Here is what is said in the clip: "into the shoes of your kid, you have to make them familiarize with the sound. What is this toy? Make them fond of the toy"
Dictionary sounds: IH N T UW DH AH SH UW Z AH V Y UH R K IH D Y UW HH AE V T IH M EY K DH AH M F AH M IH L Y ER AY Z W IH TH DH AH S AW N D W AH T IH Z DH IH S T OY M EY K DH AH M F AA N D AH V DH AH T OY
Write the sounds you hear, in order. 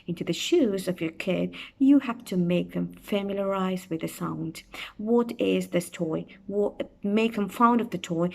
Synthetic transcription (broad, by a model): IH N T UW DH AH SH UW Z AH V Y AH R K IH D Y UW HH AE F T IH M EY K DH AH M F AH M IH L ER AY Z W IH DH AH S AW N D W AH T IH Z DH IH S T OY M EY K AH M F AA N D AH V DH AH T OY